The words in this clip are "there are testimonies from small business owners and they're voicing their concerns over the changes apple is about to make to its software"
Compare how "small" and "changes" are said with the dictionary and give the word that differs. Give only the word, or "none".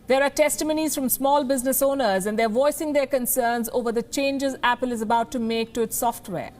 none